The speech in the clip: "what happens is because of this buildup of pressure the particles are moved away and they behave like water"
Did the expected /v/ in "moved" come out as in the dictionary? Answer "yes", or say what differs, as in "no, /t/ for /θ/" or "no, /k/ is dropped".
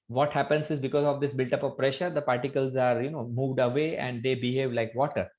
yes